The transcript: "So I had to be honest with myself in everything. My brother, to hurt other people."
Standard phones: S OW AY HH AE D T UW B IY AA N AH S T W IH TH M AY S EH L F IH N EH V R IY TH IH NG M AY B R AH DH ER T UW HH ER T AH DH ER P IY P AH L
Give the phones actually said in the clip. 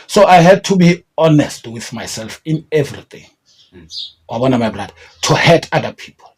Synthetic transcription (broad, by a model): S OW AY HH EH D T UW B IY AA N AH S T W IH TH M AY S EH L F IH N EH V R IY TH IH NG M AY B L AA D T UW HH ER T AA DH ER P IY P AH L